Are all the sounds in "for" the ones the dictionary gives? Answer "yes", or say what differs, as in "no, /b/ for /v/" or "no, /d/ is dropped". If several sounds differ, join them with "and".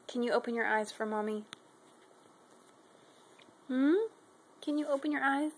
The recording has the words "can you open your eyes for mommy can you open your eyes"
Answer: yes